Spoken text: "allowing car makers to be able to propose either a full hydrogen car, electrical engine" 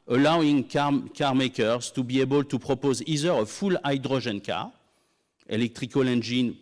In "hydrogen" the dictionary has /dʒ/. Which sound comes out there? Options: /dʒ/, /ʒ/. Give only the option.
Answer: /ʒ/